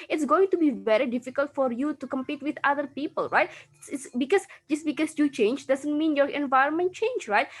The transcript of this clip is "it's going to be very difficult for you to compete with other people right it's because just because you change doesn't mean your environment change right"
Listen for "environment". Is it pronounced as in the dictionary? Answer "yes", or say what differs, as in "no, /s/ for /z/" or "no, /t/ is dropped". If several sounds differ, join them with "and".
yes